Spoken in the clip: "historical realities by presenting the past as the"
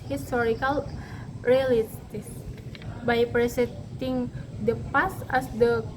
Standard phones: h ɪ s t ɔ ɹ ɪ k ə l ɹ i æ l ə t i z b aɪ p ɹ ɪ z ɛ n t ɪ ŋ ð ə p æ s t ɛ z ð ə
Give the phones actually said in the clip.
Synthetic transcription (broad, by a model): h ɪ s t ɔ ɹ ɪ k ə l ɹ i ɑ l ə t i s b aɪ p ɹ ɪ s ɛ t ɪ ŋ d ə p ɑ s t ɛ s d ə